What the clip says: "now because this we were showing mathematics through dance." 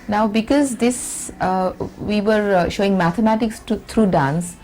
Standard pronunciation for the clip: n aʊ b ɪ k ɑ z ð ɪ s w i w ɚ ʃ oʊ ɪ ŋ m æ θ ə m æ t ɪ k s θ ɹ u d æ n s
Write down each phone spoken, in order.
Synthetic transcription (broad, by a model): n aʊ b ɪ k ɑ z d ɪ s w i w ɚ ʃ oʊ ɪ ŋ m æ t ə m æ t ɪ k s t ɹ u d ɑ n s